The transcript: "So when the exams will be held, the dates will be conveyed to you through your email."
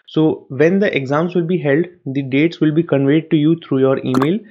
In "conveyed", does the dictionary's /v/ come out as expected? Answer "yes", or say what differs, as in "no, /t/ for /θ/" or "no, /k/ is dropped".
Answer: yes